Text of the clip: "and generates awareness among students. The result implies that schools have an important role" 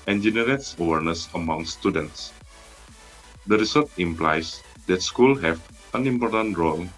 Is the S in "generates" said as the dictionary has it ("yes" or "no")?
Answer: yes